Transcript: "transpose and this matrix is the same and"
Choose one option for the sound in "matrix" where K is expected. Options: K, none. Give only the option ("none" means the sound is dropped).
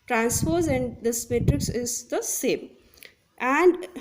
K